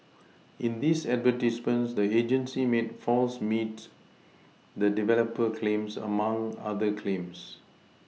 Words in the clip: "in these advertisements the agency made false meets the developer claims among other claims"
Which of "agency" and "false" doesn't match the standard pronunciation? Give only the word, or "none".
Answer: none